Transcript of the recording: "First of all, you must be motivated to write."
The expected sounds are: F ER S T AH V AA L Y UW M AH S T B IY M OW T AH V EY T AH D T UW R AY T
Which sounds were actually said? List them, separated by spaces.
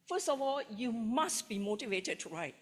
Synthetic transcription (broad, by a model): F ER S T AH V AA L Y UW M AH S T B IY M OW T AH V EY T AH D T UW R AY T